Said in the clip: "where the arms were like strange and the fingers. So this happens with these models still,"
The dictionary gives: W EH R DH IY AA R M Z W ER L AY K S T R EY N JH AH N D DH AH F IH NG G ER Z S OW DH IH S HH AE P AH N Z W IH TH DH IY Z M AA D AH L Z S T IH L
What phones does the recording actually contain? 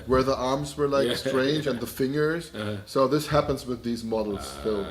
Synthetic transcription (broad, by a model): W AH R DH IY AA R M Z W ER L AY K S T R EY N JH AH N DH AH F IH NG G ER Z S OW DH IH S HH AE P AH N Z W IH DH IY Z M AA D L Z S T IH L